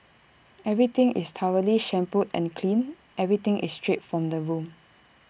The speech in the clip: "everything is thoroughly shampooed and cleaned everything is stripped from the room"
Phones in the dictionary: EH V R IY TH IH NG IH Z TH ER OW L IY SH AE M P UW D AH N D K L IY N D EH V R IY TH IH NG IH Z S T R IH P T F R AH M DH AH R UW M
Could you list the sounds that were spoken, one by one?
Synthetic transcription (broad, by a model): EH V R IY T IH NG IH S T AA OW L IY SH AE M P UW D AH N K L IY N EH V R IY T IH NG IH S T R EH T F R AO M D AH R UW M